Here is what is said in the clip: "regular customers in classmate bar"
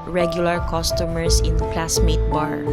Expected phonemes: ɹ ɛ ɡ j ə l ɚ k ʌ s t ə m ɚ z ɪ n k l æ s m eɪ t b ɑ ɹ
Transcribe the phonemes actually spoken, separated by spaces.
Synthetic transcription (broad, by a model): ɹ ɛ ɡ j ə l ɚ k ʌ s t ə m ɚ s ɪ n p l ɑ s m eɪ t b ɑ ɹ